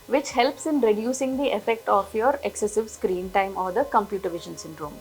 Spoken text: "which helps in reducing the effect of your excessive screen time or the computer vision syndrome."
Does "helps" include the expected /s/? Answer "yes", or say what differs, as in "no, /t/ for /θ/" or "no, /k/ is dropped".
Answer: yes